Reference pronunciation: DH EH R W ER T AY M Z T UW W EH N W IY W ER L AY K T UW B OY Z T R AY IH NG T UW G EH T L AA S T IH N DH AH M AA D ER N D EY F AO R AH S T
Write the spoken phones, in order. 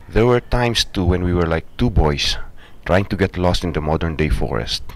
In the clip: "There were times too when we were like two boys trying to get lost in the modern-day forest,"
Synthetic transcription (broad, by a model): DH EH R W ER T AY M S T UW W EH N W IY W ER L AY K T UW B OY S T R AY IH NG T UW G EH T L AA S T IH N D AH M AA D ER N D EY F AO R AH S T